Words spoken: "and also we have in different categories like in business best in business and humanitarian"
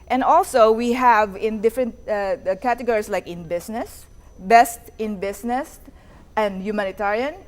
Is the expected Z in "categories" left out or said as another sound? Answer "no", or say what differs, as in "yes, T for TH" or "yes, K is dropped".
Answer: yes, S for Z